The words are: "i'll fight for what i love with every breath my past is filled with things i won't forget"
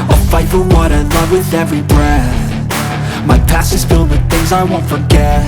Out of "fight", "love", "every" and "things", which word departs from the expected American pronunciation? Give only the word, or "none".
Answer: none